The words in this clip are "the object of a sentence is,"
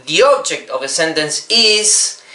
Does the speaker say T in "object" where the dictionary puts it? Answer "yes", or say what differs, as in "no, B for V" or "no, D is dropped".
yes